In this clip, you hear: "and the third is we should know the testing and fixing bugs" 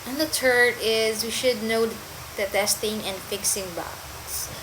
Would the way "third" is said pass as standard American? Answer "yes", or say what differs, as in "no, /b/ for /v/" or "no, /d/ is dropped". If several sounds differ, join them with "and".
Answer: no, /t/ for /θ/